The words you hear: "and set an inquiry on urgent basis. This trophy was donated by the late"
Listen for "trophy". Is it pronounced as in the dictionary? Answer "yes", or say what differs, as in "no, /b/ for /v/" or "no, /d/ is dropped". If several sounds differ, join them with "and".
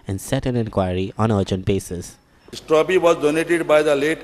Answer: no, /p/ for /f/